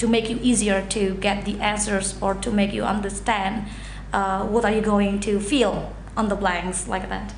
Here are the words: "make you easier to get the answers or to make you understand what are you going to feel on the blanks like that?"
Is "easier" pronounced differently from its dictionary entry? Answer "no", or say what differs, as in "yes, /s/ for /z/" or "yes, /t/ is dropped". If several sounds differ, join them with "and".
no